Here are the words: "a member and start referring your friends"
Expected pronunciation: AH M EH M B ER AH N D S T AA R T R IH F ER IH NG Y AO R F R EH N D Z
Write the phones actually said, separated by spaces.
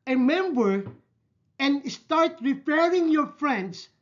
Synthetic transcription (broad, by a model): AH M EH M B ER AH N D S T AA R T R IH P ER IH NG Y AO R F R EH N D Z